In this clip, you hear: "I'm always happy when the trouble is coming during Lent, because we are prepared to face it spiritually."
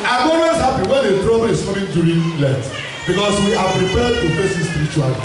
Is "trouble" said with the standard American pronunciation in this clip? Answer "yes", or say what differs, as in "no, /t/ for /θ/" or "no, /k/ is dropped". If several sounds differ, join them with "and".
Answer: no, /w/ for /l/